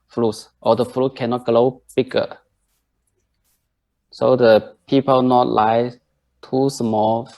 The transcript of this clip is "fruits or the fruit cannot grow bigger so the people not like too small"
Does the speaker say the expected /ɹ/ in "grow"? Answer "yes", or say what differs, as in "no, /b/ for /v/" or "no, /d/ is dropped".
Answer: no, /l/ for /ɹ/